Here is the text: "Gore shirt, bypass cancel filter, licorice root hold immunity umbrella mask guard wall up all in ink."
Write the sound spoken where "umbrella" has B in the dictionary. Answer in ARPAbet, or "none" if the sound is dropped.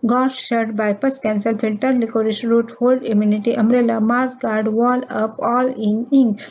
none